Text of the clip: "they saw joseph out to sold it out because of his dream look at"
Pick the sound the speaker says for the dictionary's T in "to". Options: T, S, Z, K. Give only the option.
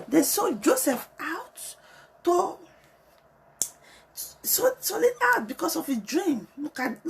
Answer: S